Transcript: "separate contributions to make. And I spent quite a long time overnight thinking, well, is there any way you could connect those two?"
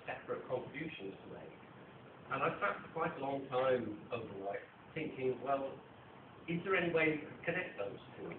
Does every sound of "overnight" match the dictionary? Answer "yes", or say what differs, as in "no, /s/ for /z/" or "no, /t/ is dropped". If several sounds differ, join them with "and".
no, /l/ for /n/